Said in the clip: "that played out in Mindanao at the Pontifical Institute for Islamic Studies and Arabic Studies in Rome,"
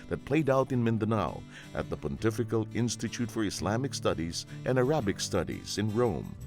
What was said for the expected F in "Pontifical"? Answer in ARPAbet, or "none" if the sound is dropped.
F